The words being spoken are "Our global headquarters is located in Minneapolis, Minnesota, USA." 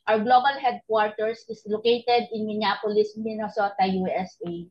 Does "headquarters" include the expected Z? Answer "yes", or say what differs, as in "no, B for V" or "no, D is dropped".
no, S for Z